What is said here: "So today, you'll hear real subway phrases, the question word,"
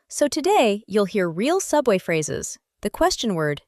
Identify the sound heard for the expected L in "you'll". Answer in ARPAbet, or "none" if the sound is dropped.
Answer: L